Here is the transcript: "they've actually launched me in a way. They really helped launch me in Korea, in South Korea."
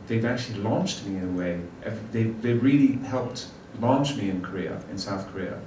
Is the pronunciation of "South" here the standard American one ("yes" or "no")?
yes